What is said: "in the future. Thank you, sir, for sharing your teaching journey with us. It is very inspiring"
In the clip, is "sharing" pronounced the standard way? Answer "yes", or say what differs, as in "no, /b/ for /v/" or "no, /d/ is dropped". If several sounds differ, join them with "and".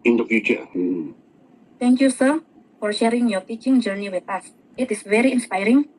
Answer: yes